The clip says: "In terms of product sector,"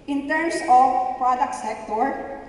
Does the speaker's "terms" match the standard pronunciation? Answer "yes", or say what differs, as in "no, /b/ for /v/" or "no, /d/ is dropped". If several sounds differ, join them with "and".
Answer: no, /s/ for /z/